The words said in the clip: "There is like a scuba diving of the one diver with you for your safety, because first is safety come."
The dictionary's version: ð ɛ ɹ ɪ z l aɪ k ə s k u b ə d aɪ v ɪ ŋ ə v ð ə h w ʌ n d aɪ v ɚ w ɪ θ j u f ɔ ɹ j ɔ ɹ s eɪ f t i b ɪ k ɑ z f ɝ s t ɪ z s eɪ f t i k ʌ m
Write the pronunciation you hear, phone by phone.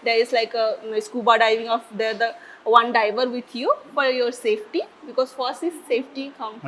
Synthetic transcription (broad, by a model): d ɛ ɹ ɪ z l aɪ k ə s k u b ə d aɪ v ɪ ŋ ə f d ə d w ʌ n d aɪ v ɚ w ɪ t j u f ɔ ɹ j ɔ ɹ s eɪ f t i b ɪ k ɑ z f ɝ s ɪ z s eɪ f t i k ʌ m